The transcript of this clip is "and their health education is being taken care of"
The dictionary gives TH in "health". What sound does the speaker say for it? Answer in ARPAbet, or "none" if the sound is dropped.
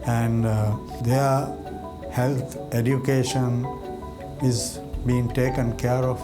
T